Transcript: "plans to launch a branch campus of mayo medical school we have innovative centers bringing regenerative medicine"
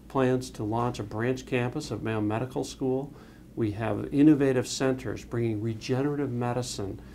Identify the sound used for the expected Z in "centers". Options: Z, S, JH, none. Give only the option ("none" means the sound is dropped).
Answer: Z